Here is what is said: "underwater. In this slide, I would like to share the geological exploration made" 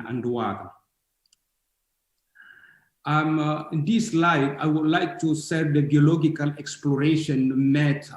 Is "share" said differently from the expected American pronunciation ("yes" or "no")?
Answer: yes